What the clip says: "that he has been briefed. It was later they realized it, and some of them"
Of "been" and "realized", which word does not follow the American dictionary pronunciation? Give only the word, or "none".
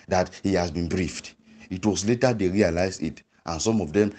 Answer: realized